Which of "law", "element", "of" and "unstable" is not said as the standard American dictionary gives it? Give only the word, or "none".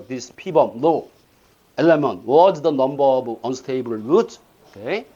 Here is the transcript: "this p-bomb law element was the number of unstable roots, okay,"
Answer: of